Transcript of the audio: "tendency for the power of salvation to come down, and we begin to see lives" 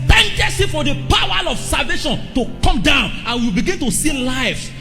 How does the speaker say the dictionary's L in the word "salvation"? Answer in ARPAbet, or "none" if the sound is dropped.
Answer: L